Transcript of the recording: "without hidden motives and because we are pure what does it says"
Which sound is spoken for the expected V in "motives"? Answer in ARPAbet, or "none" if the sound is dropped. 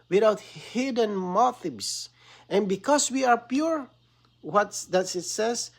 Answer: B